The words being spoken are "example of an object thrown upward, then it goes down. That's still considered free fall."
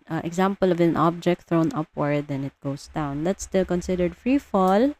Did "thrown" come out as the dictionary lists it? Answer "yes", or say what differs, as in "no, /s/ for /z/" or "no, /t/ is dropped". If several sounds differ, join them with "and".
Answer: yes